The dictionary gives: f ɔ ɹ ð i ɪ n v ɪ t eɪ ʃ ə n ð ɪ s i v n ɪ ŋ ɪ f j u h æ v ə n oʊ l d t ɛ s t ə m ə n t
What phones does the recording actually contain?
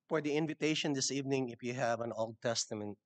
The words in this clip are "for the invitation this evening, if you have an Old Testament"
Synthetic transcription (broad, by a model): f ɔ ɹ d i ɪ n v ɪ t eɪ ʃ ə n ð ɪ s i v n ɪ ŋ ɪ f j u h æ v ə n oʊ l d t ɛ s t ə m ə n t